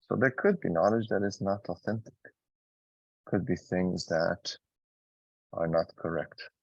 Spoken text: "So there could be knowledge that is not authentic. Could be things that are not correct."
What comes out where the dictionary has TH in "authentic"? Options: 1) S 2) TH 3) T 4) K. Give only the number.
2